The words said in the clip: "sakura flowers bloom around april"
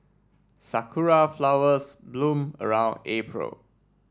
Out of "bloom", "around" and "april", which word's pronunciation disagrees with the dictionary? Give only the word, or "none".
none